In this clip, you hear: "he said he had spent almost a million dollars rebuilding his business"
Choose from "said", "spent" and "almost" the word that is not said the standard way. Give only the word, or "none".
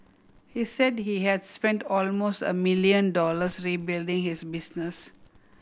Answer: none